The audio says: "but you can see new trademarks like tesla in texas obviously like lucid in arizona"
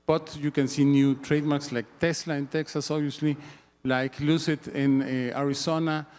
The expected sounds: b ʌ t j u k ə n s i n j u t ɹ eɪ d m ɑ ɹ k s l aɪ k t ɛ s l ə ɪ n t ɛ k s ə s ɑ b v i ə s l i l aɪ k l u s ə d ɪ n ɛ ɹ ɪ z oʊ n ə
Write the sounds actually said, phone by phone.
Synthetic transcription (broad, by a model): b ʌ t j u k ə n s i n j u t ɹ eɪ d m ɑ ɹ k s l aɪ k t ɛ s l ə ɪ n t ɛ k s ə s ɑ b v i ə s l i l aɪ k l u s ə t ɪ n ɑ ɹ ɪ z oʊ n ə